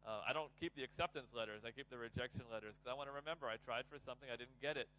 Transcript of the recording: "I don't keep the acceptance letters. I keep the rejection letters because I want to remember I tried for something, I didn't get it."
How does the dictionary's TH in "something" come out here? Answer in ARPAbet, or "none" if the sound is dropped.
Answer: TH